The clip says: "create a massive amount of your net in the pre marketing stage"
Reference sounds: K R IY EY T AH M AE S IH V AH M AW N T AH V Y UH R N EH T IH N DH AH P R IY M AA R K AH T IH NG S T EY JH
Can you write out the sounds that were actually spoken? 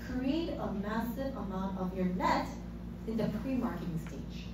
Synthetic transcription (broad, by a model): K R IY EY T AH M AE S IH V AH M AW N T AH V Y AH R N EH T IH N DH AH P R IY M AA R K AH T IH NG S T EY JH